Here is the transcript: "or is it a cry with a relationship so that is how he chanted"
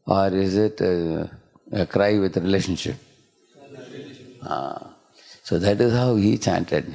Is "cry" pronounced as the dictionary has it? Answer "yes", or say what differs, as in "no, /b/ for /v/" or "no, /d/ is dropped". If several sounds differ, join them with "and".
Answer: yes